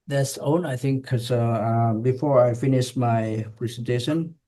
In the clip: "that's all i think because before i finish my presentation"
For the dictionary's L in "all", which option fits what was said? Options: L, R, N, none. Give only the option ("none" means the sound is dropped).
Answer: N